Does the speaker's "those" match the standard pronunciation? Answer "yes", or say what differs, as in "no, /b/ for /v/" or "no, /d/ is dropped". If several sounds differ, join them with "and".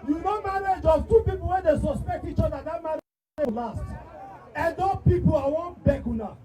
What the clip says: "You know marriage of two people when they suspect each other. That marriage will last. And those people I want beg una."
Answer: no, /z/ is dropped